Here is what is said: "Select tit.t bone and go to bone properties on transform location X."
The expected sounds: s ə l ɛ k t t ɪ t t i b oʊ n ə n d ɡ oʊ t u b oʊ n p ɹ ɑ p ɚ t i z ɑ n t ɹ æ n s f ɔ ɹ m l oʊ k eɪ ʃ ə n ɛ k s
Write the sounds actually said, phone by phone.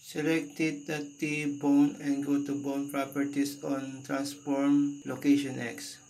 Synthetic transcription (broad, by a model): s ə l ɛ k t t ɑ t t i b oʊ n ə n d ɡ oʊ t u b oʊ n p ɹ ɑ p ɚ t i s ɑ n t ɹ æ n s p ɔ ɹ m l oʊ k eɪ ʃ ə n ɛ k s